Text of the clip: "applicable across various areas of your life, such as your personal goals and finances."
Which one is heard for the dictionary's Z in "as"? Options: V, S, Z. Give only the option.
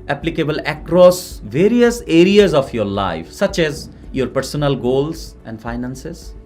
Z